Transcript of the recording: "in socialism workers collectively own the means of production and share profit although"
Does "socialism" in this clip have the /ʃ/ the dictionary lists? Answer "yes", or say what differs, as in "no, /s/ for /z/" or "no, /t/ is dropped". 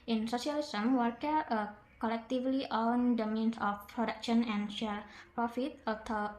no, /s/ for /ʃ/